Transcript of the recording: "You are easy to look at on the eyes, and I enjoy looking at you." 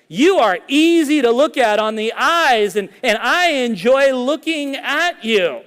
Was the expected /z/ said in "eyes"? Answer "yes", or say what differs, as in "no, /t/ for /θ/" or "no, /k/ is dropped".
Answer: yes